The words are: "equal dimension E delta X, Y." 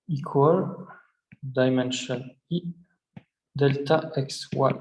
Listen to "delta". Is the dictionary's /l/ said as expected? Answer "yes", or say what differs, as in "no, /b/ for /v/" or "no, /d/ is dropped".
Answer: yes